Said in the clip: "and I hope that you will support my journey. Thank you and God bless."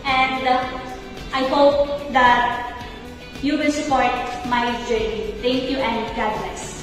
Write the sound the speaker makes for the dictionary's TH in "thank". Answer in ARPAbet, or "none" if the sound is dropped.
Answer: T